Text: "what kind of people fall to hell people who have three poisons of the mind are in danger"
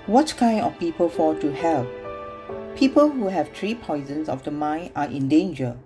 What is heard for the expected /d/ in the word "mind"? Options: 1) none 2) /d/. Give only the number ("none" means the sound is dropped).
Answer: 1